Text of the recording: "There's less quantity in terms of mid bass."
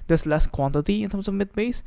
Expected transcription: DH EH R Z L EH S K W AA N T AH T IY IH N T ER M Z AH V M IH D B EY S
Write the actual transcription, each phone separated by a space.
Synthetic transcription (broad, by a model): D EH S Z L EH S K W AA N T AH T IY IH N T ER M S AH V M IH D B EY S